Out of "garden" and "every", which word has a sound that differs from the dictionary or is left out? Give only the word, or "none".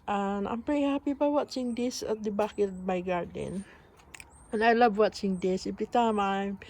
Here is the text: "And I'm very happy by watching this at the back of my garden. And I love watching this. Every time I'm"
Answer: every